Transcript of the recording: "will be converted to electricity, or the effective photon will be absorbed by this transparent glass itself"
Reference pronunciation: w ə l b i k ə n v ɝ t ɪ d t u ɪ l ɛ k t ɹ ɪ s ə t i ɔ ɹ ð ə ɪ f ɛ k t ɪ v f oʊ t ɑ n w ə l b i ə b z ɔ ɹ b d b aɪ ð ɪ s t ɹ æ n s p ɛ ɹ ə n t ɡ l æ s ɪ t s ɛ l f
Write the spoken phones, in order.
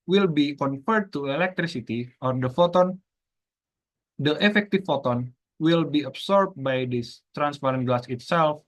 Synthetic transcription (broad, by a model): w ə l b i k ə n f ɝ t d t u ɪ l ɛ k t ɹ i s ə t i ɔ ɹ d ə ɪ f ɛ k t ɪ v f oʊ t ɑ n w ə l b i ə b s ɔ ɹ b b aɪ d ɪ s t ɹ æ n s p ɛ ɹ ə n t ɡ l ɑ s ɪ t s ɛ l f